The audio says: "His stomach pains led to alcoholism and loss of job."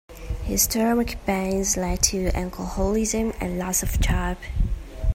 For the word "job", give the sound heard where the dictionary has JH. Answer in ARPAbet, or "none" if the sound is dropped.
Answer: CH